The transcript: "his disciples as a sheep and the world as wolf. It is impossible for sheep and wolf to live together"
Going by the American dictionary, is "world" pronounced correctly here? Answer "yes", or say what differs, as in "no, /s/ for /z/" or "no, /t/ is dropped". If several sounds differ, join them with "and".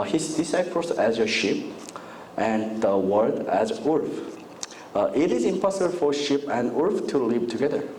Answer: no, /l/ is dropped